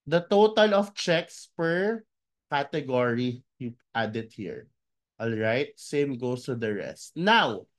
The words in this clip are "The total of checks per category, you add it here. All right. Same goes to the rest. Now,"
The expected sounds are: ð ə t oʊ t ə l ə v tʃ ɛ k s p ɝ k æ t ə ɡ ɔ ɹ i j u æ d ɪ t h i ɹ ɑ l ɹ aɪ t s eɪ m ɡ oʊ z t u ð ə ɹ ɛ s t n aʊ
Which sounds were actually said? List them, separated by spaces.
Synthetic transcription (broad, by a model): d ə t oʊ t ə l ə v tʃ ɛ k s p ɝ k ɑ t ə ɡ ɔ ɹ i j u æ d ɪ t h i ɹ ɑ l ɹ aɪ t s eɪ m ɡ oʊ s t u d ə ɹ ɛ s t n aʊ